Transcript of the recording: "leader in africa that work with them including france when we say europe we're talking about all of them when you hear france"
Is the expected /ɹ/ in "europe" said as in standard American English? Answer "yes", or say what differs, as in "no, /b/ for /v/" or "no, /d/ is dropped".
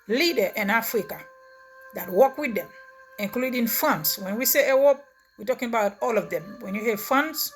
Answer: no, /w/ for /ɹ/